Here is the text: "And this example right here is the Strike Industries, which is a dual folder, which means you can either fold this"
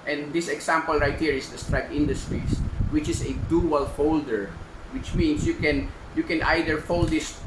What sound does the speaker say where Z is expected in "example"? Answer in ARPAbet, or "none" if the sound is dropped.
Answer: S